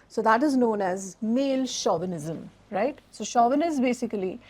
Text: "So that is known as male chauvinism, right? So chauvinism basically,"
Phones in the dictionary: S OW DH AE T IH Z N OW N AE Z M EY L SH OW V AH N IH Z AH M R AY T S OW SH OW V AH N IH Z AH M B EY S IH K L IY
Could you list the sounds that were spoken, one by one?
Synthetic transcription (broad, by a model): S OW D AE T IH Z N OW N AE Z M EY L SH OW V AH N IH Z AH M R AY T S OW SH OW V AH N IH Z B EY S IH K L IY